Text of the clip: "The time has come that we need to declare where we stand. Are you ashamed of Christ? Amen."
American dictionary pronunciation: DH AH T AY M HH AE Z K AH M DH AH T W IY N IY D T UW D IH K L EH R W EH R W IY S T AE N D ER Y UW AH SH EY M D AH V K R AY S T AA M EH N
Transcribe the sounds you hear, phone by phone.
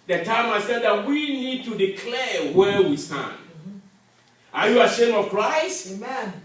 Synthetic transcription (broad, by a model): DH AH T AY M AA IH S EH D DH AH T W IY N IY D T UW D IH K L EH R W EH W IY S T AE N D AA Y UW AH SH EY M AH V K R AY S T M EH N